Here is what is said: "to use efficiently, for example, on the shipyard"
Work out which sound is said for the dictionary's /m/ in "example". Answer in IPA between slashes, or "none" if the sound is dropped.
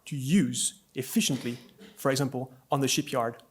/m/